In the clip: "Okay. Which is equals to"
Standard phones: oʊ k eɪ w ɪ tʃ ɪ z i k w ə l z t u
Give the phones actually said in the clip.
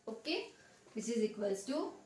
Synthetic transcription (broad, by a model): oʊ k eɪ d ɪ s ɪ z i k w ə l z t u